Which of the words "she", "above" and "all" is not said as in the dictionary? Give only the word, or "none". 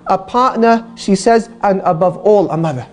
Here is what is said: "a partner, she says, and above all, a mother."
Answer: none